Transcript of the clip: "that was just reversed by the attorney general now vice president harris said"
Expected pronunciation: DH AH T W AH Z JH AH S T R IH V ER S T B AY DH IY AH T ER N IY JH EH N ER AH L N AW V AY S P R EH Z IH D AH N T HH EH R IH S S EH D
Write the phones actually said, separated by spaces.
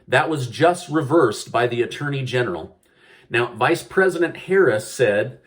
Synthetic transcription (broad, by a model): DH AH T W AH Z JH AH S T R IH V ER S B AY DH IY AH T ER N IY JH EH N ER L N AW V AY S P R EH Z IH D AH N T HH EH R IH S S EH D